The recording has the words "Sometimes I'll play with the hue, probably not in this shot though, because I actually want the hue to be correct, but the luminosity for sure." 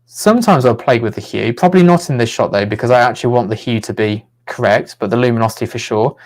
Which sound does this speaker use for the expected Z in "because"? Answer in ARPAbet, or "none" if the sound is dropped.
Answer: Z